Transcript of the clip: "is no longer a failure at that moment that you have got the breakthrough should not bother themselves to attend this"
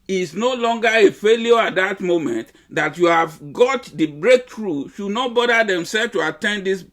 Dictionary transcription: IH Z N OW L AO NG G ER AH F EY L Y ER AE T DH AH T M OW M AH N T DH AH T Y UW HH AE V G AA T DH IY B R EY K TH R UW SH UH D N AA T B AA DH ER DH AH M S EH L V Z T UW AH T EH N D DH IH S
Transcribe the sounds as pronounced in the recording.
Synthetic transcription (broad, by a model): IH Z N OW L AO NG G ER AH F EY L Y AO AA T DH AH T M OW M AH N T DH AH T Y UW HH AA V G AA T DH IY B R EY K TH R UW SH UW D N AA T B AA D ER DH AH M S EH L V T UW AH T EH N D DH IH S